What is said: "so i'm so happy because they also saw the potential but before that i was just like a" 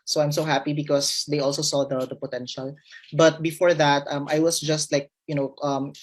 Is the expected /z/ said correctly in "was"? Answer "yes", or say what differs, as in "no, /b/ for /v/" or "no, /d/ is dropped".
no, /s/ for /z/